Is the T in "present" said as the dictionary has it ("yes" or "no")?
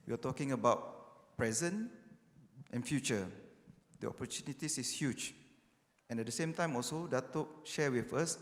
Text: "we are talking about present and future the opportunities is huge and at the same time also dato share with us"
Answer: yes